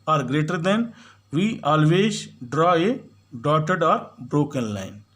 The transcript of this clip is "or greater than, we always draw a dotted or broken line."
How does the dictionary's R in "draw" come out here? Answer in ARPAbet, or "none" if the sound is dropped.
R